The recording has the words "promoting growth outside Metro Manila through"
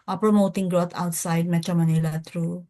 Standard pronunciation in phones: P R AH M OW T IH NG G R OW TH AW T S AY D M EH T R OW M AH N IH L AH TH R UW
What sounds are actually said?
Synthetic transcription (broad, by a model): P R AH M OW T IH NG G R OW T AW T S AY D M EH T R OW M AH N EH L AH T R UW